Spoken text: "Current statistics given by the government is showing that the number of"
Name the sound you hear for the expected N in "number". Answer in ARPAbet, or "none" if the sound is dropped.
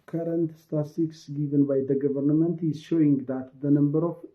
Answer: N